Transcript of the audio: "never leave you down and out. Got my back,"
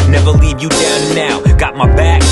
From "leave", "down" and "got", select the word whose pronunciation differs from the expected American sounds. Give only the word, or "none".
down